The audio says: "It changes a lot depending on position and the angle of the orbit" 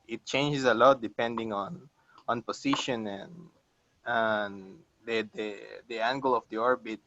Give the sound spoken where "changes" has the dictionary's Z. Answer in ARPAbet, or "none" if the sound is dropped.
S